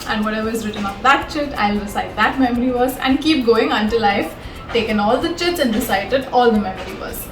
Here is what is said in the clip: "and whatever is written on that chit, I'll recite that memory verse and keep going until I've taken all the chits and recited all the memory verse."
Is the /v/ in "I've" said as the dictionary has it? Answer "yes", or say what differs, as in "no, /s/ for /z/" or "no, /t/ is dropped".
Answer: no, /f/ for /v/